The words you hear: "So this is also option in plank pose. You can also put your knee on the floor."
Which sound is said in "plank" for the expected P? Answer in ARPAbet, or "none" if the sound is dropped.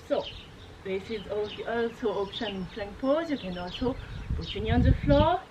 F